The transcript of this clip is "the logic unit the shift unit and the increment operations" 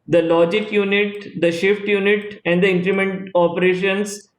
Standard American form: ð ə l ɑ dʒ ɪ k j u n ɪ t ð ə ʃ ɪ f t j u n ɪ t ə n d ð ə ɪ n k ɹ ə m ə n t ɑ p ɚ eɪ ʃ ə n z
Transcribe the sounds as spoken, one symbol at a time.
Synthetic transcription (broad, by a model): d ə l ɑ dʒ ɪ k j u n ɪ t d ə ʃ ɪ f t j u n ɪ t ə n d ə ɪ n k ɹ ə m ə n t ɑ p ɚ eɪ ʃ ə n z